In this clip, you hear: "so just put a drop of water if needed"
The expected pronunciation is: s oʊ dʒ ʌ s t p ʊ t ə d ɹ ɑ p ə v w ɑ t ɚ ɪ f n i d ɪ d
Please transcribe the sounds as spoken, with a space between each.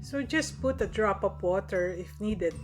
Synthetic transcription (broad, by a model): s oʊ dʒ ʌ s t p ʊ t ə d ɹ ɑ p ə p w ɑ t ɚ ɪ f n i d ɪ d